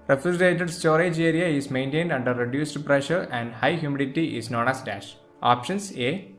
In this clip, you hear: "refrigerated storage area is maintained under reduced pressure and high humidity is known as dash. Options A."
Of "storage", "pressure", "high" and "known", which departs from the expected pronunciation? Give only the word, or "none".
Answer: none